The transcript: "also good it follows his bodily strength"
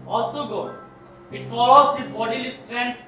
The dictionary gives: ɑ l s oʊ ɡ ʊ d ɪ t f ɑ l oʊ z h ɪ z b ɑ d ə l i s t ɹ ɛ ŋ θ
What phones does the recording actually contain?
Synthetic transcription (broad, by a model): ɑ l s oʊ ɡ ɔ ɪ t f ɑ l oʊ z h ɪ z b ɑ d ə l i s t ɹ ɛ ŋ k